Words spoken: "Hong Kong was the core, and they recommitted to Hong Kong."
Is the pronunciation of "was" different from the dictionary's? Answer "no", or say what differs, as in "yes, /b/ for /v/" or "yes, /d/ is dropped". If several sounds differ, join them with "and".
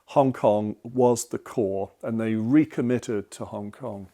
no